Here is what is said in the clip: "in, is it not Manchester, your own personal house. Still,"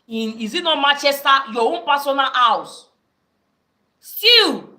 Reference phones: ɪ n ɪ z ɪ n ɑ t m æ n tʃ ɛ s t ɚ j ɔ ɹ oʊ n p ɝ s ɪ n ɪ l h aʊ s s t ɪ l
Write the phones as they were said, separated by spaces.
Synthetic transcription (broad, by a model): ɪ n ɪ z ɪ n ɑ m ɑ tʃ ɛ s t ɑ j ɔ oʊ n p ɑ s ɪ n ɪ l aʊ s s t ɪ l